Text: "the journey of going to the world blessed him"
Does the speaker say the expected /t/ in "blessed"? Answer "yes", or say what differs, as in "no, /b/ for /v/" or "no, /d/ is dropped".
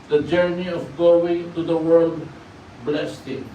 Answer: yes